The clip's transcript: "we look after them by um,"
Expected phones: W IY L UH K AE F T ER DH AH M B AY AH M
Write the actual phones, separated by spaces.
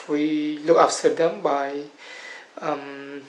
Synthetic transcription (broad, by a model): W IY L UH K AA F S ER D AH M B AY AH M